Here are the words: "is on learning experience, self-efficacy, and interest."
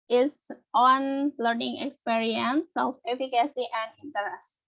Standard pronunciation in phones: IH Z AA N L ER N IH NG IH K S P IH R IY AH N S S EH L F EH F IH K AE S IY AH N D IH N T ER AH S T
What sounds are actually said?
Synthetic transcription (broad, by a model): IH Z AA N L ER N IH NG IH K S P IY R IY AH N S S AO F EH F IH K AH S IY AH N D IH N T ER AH S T